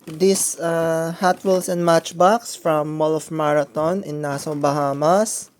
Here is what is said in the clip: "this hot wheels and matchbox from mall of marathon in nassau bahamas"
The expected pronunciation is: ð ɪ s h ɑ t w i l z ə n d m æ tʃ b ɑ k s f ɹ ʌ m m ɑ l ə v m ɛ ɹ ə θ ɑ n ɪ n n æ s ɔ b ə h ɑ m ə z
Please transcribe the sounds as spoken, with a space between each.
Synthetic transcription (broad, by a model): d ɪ s h ɑ t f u l s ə n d m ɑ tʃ b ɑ k s f ɹ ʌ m m ɑ l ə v m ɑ ɹ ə t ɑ n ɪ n n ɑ s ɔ b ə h ɑ m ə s